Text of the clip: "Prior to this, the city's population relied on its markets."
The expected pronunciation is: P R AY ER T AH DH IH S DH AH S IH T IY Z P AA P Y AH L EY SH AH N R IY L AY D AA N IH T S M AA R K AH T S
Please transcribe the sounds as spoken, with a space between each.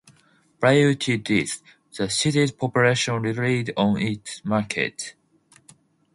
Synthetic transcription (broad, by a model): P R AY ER T AH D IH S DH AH S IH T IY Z P AA P Y AH L EY SH AH N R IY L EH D AA N IH T S M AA R K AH T